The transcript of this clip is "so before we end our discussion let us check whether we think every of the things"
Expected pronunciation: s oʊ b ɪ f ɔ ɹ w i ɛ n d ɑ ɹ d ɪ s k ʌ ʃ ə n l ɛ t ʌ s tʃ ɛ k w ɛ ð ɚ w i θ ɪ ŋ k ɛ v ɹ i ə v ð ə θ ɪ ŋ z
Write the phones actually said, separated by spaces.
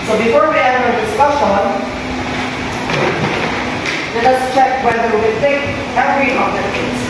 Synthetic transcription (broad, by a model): s oʊ b ɪ f ɔ ɹ w i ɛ d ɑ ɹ d ɪ s k ʌ ʃ ə n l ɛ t ʌ s tʃ ɛ k w ɛ ð ɚ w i θ ɪ ŋ k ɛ ɹ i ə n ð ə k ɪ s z